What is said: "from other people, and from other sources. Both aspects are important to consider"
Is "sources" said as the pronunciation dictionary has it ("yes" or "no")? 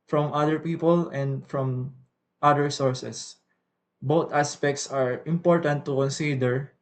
no